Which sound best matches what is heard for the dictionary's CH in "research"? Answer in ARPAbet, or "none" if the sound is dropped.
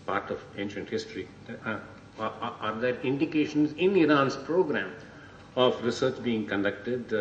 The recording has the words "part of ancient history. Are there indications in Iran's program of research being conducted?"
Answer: CH